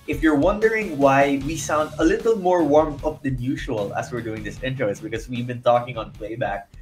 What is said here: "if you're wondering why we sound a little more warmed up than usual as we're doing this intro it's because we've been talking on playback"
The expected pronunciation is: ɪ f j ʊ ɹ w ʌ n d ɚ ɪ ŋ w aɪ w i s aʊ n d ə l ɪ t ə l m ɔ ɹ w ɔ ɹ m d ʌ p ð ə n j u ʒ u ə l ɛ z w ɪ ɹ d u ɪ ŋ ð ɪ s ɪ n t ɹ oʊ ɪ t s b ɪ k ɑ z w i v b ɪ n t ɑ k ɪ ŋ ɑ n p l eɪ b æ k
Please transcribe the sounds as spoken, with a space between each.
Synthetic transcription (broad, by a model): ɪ f j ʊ ɹ w ʌ n d ɚ ɪ ŋ w aɪ w i s aʊ n d ə l ɪ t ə l m ɔ ɹ w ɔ ɹ m ʌ p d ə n j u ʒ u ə l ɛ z w ɪ ɹ d u ɪ ŋ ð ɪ s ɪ n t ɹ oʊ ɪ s b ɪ k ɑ s w i v b ɪ n t ɑ k ɪ ŋ ɑ n p l eɪ b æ k